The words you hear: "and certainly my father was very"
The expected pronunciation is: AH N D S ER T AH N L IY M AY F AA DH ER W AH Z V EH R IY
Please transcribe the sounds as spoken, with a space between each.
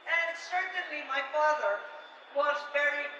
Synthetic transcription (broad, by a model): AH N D S ER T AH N L IY M AY F AA DH ER W AH Z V EH R IY